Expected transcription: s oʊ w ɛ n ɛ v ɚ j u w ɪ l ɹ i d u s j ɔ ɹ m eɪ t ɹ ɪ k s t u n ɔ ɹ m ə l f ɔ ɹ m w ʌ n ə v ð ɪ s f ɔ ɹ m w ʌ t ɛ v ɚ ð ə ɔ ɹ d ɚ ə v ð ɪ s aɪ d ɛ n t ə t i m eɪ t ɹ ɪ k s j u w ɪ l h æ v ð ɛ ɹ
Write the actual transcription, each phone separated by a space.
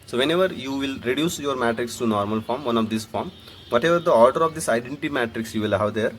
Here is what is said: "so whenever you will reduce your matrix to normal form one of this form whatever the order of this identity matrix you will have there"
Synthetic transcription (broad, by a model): s oʊ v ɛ n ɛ v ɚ j u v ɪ l ɹ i d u s j ɔ ɹ m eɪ t ɹ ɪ k s t u n ɔ ɹ m ə l f ɔ ɹ m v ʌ n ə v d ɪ s f ɔ ɹ m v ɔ t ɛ v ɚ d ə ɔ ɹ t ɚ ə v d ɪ s aɪ d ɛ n t t i m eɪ t ɹ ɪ k s j u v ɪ l h æ v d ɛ ɹ